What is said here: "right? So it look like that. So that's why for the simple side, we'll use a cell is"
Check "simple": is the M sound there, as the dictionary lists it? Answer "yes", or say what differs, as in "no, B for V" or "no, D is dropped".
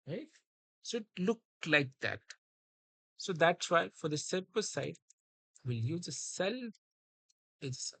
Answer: no, M is dropped